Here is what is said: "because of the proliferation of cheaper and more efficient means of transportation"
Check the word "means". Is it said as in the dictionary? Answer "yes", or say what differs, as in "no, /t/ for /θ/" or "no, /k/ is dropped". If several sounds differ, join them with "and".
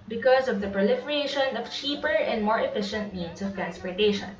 no, /s/ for /z/